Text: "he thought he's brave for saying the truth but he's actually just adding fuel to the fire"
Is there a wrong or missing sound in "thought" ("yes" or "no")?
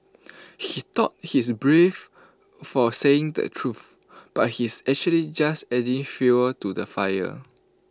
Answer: yes